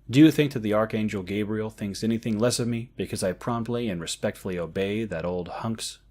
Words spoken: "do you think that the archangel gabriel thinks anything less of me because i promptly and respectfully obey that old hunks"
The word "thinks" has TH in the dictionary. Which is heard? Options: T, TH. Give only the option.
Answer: TH